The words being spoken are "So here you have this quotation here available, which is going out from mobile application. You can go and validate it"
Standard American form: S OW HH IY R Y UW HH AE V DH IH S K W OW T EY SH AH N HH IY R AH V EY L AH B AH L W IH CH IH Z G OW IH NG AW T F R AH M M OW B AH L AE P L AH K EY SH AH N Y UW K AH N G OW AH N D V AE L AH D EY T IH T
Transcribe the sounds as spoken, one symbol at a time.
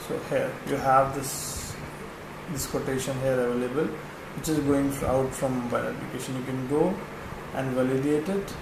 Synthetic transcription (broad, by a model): S OW HH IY R Y UW HH AE V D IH S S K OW T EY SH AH N HH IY R AH V EY L AH B AH L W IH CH IH Z G OW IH NG AW T F R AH M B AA AH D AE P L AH K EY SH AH N Y UW K AH N G OW AH N D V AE L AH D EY T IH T